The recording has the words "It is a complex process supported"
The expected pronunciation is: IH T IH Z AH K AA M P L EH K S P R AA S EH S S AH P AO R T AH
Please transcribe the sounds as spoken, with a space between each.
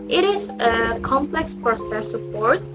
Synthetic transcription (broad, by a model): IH T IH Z AH K AA M P L EH K S P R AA S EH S S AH P AO R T